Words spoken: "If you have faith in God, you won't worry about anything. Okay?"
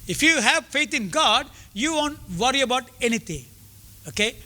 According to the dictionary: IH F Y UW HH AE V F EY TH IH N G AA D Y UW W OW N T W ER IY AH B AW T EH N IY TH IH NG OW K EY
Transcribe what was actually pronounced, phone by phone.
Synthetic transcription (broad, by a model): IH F Y UW HH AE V F EY T IH N G AA D Y UW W OW N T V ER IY AH B AW T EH N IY T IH NG OW K EY